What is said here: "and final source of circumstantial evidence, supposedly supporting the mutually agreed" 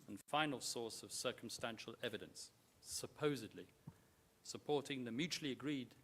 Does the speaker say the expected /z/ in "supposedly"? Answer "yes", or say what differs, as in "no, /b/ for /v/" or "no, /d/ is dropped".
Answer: yes